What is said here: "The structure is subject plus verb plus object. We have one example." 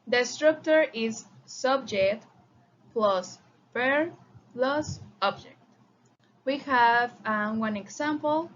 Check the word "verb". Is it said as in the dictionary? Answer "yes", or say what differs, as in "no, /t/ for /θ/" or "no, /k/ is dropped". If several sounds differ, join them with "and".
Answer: no, /p/ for /v/